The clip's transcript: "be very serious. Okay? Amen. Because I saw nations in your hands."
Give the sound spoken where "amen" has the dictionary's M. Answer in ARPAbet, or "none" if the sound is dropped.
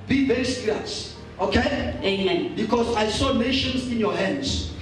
none